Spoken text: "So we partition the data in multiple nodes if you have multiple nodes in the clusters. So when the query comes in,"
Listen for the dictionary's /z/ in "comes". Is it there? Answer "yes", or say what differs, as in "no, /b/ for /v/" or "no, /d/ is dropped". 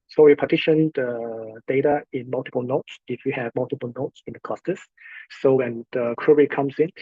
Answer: no, /s/ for /z/